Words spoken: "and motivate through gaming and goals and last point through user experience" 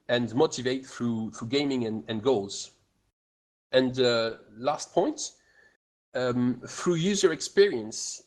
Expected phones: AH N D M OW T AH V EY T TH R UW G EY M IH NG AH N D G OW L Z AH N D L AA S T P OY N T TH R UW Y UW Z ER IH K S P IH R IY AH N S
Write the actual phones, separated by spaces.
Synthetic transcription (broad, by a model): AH N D M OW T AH V EY T TH R UW G EY M IH NG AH N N G OW L Z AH N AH L AA S T P OY N T TH R UW Y UW Z ER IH K S P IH R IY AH N S